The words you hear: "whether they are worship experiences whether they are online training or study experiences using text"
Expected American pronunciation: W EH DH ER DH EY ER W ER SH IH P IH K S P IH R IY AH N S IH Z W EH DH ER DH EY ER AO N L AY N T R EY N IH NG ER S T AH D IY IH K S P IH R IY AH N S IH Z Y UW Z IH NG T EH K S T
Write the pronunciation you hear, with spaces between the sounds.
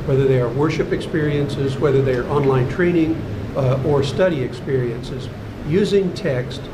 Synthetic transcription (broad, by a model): W EH DH ER DH EY ER W ER SH IH P IH K S P IH R IY AH N S IH Z W EH DH ER DH EY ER AO N L AY N T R EY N IH NG ER S T AH D IY IH K S P IH R IY AH N S IH Z Y UW Z IH NG T EH K S T